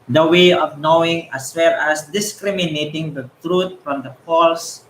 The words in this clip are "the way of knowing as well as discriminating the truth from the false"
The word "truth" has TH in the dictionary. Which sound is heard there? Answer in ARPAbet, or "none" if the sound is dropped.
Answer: T